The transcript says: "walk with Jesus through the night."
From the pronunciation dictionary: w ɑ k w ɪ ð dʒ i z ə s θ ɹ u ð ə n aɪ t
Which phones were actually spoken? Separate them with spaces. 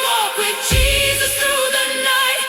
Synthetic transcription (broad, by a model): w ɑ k w ɪ ð dʒ i z ə s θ ɹ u ð ə n aɪ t